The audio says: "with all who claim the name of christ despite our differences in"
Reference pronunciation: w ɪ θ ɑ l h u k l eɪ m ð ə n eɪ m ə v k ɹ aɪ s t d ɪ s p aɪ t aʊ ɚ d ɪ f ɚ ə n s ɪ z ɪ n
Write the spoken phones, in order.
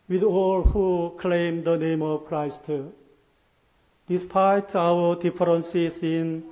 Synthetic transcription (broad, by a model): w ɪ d ɑ l h u k l eɪ m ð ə n eɪ m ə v k ɹ aɪ s t d ɪ s p aɪ t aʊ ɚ d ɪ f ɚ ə n s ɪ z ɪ n